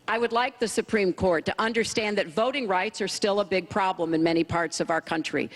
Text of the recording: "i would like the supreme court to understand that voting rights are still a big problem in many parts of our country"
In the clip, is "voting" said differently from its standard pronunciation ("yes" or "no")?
no